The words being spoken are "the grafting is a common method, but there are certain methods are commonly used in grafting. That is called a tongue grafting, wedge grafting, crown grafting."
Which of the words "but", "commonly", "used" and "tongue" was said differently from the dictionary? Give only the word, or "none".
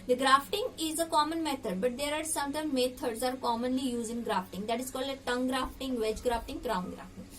used